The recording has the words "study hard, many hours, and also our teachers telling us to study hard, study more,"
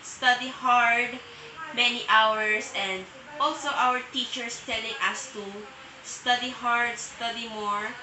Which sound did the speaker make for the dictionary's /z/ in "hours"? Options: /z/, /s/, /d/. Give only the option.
/s/